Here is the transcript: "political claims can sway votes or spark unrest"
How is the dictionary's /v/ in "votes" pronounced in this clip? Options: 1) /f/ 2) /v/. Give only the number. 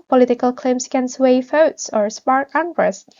1